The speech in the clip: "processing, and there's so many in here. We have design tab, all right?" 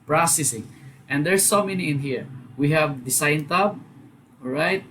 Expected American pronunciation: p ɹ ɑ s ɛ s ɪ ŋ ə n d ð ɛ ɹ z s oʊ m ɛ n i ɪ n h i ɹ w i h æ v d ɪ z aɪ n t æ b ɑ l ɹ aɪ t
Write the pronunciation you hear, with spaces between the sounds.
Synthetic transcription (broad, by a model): p ɹ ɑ s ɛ s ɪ ŋ ə n d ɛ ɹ s oʊ m ɛ n i ɪ n h i ɹ w i h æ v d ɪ s aɪ n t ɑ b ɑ ɹ aɪ t